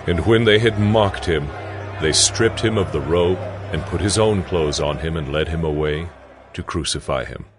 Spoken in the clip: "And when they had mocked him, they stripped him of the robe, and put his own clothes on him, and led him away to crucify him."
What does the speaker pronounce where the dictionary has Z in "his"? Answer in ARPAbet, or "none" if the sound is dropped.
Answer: Z